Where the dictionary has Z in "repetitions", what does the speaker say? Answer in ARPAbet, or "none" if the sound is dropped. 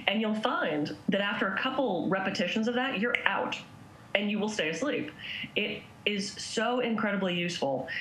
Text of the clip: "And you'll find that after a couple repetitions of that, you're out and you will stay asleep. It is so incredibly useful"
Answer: Z